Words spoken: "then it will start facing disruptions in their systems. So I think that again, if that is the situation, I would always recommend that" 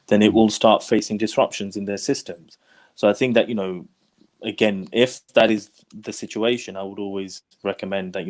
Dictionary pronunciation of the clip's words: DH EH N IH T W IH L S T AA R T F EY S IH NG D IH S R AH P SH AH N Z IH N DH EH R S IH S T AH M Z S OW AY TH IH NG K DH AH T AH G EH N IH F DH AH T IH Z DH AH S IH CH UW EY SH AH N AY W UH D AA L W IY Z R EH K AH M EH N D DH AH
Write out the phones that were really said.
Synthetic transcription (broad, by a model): DH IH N IH T W IH L S T AA R T F EY S IH NG D IH S R AH P SH AH N Z IH N DH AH R S IH S T AH M Z S OW AY TH IH NG K DH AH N AH G EH N IH F DH AH T IH Z DH AH S IH CH UW EY SH AH N AY W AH D AA L W IY Z R EH K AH M EH N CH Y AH